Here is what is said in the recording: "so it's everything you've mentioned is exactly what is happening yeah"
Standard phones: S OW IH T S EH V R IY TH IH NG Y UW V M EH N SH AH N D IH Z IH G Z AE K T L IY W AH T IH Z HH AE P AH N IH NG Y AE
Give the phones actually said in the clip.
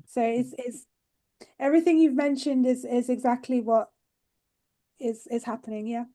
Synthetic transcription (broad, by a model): S OW IH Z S EH V R IY TH IH NG Y UW V M EH N SH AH N D IH Z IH G Z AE K T L IY W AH T IH Z HH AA P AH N IH NG Y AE